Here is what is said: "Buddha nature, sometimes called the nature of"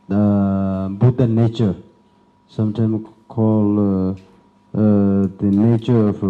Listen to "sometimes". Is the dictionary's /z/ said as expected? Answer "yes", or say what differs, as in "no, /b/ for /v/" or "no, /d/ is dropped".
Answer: no, /z/ is dropped